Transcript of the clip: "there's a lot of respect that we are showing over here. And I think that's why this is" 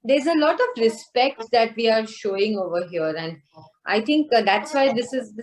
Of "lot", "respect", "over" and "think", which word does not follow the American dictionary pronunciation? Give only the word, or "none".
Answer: think